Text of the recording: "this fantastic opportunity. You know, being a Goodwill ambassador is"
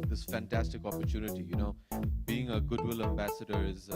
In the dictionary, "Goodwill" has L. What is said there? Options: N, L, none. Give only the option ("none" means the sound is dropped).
L